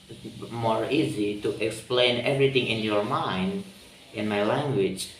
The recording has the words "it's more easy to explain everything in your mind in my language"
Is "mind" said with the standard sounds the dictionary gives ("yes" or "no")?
yes